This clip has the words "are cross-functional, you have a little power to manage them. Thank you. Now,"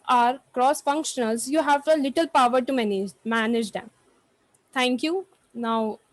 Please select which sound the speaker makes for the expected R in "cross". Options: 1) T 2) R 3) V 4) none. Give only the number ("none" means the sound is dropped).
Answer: 2